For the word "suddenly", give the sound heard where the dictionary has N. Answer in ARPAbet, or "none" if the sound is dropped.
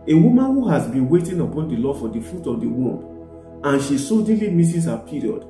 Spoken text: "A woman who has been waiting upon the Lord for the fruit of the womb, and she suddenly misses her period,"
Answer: none